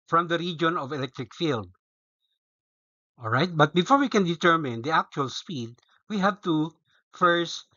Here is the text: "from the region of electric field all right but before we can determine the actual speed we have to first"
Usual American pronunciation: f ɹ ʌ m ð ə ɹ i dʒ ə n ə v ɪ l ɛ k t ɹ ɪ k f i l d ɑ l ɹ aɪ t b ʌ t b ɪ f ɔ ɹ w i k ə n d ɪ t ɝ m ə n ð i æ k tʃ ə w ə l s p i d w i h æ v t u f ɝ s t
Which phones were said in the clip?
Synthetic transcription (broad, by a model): f ɹ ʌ m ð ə ɹ i dʒ ə n ə v ɪ l ɛ k t ɹ ɪ k f i l d ɑ l ɹ aɪ t b ʌ t b ɪ f ɔ ɹ w i k ə n d ɪ t ɝ m ə n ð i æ k tʃ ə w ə l s p i d w i h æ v t u f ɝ s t